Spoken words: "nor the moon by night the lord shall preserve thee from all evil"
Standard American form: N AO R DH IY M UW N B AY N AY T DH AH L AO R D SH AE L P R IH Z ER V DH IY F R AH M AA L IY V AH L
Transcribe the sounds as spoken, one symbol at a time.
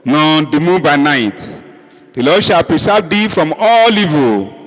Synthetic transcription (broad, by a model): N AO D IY M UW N B AY N AY T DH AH L AO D SH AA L P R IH S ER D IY F R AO M AA L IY V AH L